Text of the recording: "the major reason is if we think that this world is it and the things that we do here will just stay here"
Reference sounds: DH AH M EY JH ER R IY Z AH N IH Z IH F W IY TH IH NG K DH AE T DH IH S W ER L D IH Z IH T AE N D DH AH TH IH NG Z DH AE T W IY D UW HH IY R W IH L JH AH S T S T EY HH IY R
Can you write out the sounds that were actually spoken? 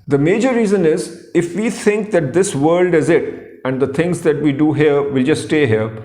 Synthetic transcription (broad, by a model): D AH M EY JH ER R IY Z AH N IH Z IH F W IY T IH NG K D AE T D IH S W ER L D IH Z IH T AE N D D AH T IH NG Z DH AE T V IY D UW HH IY R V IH L JH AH S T S T EY HH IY R